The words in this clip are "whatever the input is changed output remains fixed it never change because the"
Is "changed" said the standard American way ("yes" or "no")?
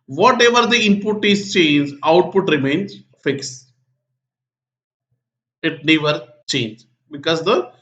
no